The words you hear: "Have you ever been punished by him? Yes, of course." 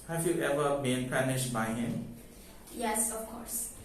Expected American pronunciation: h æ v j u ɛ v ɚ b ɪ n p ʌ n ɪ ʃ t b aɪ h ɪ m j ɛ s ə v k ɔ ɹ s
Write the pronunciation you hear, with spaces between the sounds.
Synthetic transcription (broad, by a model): h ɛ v j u ɛ v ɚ b ɪ n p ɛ n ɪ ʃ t b aɪ h ɪ m j ɛ s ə f k ɔ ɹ s